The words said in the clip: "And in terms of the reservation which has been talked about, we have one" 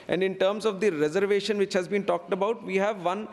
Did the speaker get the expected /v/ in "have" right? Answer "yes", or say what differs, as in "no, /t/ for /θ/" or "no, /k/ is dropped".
yes